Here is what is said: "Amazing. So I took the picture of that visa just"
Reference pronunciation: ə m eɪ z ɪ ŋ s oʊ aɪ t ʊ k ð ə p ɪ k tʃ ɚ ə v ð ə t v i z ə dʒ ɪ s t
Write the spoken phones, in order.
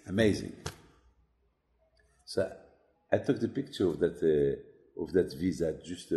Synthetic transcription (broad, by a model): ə m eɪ z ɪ ŋ s oʊ aɪ t ʊ k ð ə p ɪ k tʃ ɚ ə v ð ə t v i z ə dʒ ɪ s t